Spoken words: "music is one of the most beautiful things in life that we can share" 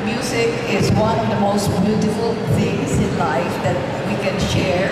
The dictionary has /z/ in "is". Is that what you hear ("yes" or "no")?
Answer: yes